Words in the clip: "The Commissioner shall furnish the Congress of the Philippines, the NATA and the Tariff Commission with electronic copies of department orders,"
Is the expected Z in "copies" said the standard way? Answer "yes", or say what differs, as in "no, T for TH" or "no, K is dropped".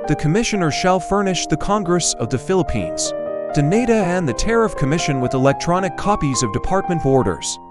yes